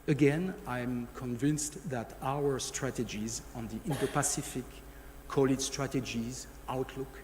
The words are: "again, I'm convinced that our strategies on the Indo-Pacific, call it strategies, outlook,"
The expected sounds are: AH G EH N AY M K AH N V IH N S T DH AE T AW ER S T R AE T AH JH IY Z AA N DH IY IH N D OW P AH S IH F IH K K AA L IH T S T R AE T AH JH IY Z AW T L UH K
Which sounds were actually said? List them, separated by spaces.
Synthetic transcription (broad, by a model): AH G EH N AY M K AH N V IH N S T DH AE T AW ER S T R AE T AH JH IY Z AA N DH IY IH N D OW P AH S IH F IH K K AA L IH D S T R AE T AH JH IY Z AW T L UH K